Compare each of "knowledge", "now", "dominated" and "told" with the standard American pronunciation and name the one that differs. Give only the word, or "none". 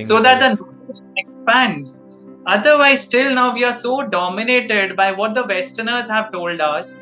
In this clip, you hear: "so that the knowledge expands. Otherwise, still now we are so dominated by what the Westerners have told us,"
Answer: knowledge